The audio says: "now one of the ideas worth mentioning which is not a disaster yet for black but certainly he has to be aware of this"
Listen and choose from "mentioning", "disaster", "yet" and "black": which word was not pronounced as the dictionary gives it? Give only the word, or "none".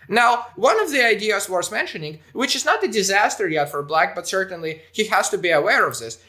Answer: none